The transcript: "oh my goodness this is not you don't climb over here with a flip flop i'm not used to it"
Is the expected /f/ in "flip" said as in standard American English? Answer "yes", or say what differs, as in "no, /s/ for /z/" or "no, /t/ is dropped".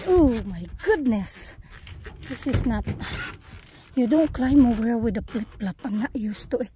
no, /p/ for /f/